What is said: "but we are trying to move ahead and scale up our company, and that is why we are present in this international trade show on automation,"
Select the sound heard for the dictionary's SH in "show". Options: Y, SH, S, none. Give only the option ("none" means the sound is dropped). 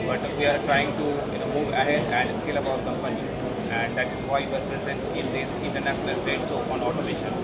S